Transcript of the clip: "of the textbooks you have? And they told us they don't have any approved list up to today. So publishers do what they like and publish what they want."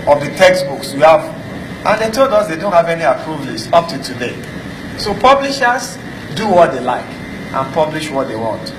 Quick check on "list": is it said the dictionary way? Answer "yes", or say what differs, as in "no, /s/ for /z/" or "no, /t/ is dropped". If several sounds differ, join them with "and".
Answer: no, /t/ is dropped